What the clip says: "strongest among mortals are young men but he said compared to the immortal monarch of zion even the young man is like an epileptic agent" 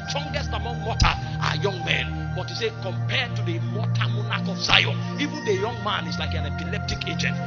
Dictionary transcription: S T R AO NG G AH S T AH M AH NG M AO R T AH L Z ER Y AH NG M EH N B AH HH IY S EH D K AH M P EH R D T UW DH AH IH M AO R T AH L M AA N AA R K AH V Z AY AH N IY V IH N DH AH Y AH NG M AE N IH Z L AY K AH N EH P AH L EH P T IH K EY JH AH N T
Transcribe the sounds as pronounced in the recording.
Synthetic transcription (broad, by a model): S T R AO NG G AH S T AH M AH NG M AO T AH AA Y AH NG M EH N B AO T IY S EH K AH M P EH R D T UW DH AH M AO T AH M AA N AA K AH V Z AY AH N IY V IH N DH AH Y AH NG M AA N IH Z L AY K AH N EH P AH L EH P T IH K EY JH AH N T